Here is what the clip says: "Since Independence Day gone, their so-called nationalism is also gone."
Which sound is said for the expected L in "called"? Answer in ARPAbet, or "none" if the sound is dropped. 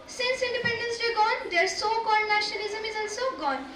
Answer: none